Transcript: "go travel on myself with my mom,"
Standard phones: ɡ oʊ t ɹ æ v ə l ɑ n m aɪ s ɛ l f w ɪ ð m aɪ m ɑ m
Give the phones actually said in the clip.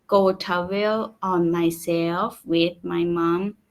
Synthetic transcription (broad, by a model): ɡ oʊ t ɑ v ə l ɑ n m aɪ s ɛ l f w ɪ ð m aɪ m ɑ m